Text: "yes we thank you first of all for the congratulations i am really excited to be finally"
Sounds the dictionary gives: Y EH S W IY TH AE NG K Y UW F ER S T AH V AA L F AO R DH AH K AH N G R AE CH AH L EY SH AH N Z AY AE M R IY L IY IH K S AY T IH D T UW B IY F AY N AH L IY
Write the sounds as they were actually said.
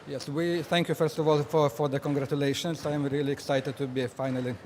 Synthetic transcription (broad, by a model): Y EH S W IY TH AE NG K Y UW F ER S T AH V AA L F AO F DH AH K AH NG G R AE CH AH L EY SH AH N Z AY M R IY L IY IH K S AY T IH D T UW B IY F AY N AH L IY